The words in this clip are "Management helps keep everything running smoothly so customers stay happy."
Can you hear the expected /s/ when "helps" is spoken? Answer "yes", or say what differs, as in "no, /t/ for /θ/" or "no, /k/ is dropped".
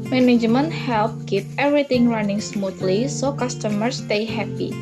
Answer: no, /s/ is dropped